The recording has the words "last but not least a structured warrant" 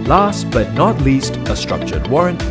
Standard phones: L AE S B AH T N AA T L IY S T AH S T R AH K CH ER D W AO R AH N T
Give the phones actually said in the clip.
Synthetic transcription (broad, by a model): L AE S B AH T N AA T L IY S T AH S T R AH K CH ER D W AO R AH N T